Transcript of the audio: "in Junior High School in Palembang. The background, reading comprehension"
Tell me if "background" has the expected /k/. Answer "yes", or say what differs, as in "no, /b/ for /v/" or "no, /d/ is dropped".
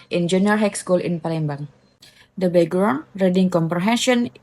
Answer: no, /k/ is dropped